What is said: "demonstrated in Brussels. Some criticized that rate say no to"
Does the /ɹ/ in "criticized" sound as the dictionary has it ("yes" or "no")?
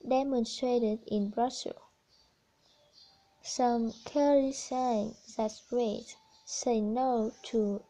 no